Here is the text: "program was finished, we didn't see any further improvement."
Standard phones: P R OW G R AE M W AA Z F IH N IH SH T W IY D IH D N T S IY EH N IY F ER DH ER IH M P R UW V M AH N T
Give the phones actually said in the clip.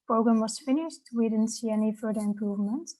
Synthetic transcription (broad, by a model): P R OW G R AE M W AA S F IH N IH SH T W IY D IH D N T S IY EH N IY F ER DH ER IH M P R UW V M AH N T